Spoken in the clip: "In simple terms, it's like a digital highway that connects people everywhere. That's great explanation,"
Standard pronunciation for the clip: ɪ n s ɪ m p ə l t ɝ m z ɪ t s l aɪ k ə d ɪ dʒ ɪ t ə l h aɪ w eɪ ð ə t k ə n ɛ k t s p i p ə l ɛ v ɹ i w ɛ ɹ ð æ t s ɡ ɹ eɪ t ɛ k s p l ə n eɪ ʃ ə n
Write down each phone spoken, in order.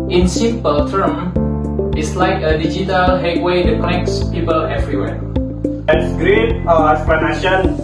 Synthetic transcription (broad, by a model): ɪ n s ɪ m p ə l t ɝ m ɪ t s l aɪ k ə d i dʒ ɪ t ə l h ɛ w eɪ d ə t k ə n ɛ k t s p i p ə l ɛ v ɹ i w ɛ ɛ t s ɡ ɹ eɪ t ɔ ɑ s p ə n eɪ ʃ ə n